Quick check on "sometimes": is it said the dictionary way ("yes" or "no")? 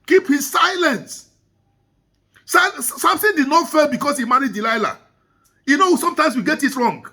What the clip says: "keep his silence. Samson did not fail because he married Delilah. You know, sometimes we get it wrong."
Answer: no